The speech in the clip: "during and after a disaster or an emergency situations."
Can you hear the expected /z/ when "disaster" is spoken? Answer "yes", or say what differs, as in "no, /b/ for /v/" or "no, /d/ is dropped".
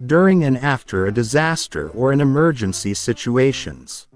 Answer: yes